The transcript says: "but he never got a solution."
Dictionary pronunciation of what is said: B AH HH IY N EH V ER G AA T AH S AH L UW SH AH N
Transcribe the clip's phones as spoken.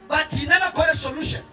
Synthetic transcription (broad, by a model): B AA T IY N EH B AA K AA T AH S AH L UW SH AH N